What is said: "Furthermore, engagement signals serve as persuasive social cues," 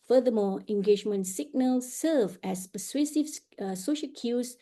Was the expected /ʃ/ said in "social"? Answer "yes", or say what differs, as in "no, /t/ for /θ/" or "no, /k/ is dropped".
yes